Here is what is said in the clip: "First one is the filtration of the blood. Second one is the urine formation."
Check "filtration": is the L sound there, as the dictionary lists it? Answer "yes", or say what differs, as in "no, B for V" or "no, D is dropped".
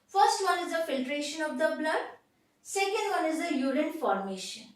yes